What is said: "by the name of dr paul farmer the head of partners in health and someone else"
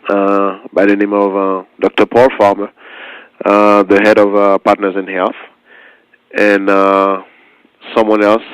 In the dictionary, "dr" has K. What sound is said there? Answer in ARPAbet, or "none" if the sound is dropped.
K